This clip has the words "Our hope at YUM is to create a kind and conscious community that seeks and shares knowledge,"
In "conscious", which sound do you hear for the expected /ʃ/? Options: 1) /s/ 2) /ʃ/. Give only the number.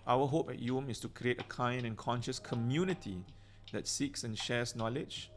2